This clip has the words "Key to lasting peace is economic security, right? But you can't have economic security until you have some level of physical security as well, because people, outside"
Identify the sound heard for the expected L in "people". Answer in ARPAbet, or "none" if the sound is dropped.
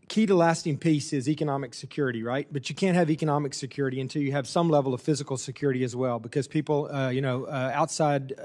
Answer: N